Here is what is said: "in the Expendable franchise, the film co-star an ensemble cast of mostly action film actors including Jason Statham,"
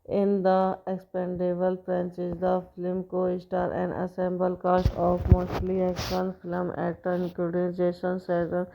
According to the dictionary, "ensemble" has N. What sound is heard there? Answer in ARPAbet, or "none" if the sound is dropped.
none